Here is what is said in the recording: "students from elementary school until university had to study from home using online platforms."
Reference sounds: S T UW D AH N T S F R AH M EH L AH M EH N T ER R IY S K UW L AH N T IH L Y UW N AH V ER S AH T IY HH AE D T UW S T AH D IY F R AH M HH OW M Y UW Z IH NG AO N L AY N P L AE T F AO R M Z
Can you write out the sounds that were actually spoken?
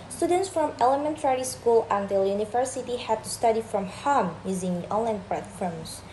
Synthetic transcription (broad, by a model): S T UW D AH N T S F R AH M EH L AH M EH N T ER R IY S K UW L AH N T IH L Y UW N AH V ER S AH T IY HH AE D T UW S T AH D IY F R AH M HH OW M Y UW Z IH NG AO N L AY N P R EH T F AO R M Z